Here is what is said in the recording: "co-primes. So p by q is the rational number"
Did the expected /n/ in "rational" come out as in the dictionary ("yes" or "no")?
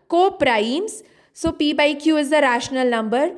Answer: yes